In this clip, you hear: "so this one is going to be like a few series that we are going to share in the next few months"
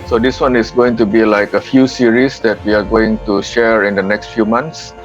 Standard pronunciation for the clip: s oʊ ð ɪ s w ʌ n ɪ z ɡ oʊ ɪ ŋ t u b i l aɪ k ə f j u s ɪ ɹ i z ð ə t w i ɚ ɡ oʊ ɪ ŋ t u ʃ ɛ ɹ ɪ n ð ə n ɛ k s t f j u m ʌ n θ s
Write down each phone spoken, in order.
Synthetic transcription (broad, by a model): s oʊ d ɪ s w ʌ n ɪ s ɡ oʊ ɪ ŋ t u b i l aɪ k ə f j u s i ɹ i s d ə t w i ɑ ɡ oʊ ɪ ŋ t u ʃ ɛ ɹ ɪ n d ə n ɛ k s t f j u m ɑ n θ s